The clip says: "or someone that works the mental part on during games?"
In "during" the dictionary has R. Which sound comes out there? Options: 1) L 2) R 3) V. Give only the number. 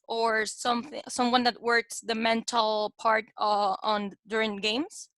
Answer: 2